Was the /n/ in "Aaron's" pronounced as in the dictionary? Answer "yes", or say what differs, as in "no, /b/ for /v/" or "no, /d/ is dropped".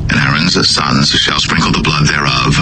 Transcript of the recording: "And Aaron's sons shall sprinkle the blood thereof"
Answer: yes